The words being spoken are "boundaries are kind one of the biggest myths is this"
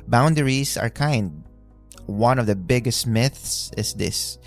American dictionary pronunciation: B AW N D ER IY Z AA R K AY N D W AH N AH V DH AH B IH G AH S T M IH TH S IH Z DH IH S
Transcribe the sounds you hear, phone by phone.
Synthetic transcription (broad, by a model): B AW N D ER IY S AA R K AY N D W AH N AH V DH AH B IH G AH S T M IH TH S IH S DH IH S